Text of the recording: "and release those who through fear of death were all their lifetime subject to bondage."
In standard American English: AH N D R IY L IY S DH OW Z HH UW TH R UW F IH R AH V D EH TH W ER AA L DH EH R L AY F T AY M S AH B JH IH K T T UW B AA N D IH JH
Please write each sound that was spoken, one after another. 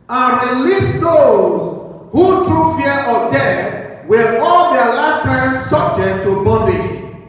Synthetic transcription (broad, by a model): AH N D R IY L IY S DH OW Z HH UW T R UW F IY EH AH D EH W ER AA L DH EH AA L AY T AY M S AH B JH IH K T T UW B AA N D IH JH